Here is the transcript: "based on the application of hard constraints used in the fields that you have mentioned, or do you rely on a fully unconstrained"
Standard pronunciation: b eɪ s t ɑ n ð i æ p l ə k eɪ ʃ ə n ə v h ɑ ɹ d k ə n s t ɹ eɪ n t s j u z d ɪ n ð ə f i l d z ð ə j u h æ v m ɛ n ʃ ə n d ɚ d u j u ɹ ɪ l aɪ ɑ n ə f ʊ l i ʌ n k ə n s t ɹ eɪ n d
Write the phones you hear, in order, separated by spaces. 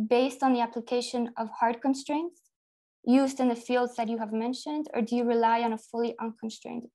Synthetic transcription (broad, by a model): b eɪ s t n ð i æ p l ə k eɪ ʃ ə n ə v h ɑ ɹ d k ə n s t ɹ eɪ n t s j u z d ɪ n ð ə f i l d z ð ə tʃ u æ v m ɛ n ʃ ə n d ɚ d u j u ɹ ɪ l aɪ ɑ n ə f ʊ l i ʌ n k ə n s t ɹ eɪ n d